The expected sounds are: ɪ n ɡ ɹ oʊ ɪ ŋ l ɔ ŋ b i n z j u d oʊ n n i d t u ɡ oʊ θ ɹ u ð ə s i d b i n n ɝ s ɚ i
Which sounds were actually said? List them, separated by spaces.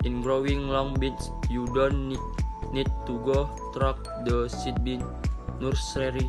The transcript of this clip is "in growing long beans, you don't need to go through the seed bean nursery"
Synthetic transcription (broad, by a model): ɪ n ɡ ɹ oʊ ɪ ŋ l ɔ ŋ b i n s j u d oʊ n n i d t u ɡ oʊ t ɹ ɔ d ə s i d b i n n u s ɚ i